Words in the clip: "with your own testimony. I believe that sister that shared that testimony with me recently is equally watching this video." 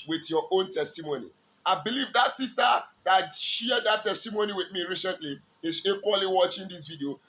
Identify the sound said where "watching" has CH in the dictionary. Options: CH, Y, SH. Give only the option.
CH